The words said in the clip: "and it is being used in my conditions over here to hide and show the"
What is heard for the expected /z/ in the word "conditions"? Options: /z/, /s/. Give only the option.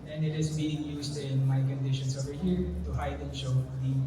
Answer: /s/